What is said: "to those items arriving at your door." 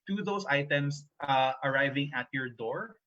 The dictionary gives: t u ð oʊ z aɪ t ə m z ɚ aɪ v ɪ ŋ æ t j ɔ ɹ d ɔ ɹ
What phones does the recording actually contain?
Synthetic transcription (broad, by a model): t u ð oʊ s aɪ t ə m s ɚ aɪ v ɪ ŋ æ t j ɔ ɹ d ɔ ɹ